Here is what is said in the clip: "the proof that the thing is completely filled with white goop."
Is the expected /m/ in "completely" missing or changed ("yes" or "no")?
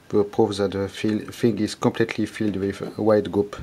no